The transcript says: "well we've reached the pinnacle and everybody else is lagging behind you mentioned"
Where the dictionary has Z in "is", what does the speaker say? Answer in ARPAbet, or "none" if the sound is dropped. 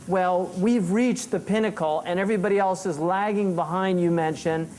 Z